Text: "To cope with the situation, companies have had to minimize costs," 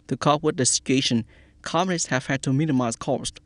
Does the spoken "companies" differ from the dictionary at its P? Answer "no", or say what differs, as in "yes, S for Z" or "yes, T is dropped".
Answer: yes, P is dropped